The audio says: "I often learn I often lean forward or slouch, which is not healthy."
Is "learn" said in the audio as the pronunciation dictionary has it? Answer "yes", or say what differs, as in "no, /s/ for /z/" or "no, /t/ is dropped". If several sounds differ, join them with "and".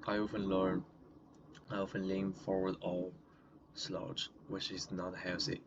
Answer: yes